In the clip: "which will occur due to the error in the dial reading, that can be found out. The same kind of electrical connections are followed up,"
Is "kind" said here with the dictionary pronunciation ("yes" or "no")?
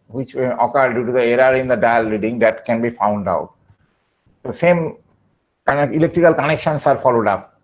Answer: no